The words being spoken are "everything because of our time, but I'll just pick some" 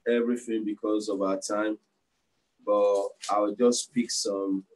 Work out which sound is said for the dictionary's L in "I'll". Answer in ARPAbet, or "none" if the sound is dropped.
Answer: W